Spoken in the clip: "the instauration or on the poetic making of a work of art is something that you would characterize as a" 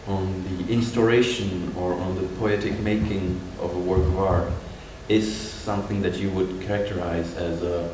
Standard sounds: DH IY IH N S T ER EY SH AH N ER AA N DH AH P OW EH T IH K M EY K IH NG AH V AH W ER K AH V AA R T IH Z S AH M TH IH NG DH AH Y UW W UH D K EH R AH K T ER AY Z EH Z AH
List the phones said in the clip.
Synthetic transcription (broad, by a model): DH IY IH N S T ER EY SH AH N ER N DH AH P OW EH T IH K M EY K IH NG AH V AH W ER K AH V AA R T IH Z S AH M TH IH NG DH AH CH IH W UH D K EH R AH K T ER AY Z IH Z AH